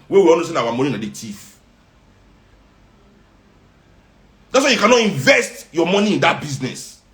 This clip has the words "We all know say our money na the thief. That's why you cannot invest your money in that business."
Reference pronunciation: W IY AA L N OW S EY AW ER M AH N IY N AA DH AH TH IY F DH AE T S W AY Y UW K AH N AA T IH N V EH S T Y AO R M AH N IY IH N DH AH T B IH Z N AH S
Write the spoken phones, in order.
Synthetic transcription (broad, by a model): W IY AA N OW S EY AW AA M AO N IY N AA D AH T IY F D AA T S W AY Y UW K AH N AA T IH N V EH S T Y AO M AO N IY IH N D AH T B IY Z N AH S